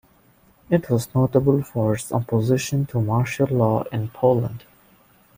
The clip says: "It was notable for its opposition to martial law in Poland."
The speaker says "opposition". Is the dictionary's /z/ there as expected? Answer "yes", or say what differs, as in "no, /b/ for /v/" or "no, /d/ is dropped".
yes